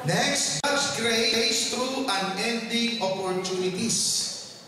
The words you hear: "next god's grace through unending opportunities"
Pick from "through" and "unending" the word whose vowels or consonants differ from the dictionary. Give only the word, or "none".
through